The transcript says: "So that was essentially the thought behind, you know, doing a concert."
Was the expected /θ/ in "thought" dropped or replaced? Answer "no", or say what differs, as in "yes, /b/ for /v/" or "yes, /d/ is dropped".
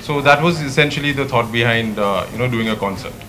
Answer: yes, /t/ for /θ/